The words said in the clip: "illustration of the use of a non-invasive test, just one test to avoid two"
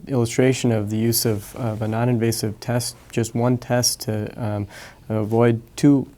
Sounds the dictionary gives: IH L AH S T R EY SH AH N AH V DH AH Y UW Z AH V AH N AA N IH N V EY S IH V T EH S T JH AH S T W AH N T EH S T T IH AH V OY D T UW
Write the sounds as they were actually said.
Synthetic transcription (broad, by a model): IH L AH S T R EY SH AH N AH V DH AH Y UW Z AH V AH N AA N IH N V EY S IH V T EH S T JH AH S T W AH N T EH S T T IH AH V OY D T UW